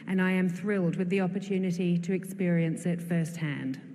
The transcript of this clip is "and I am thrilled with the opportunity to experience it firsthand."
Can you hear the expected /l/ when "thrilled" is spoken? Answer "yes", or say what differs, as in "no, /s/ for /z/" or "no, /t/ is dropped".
yes